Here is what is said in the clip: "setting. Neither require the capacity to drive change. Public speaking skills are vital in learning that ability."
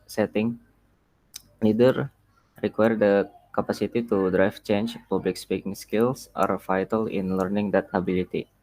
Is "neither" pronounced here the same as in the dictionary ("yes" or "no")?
no